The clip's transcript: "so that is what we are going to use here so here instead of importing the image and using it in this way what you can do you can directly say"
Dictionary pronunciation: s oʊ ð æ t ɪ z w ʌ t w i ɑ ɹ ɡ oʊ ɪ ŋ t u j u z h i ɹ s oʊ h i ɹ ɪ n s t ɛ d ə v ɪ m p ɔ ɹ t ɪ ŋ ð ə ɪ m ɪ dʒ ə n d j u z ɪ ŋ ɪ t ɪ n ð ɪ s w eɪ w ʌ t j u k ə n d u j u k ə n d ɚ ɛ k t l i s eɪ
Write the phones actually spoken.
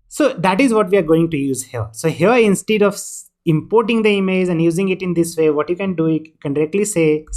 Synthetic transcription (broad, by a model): s oʊ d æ t ɪ z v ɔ t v i ɑ ɹ ɡ oʊ ɪ ŋ t u j u z h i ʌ s oʊ h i ɹ ɪ n s t ɛ d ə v ɪ m p ɔ ɹ t ɪ ŋ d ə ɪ m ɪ z ə n d j u z ɪ ŋ ɪ t ɪ n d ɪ s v eɪ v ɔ t j u k ə n d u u k ə n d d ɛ k t l i s eɪ